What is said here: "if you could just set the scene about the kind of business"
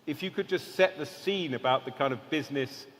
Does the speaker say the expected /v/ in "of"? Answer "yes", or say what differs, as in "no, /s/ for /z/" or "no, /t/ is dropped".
yes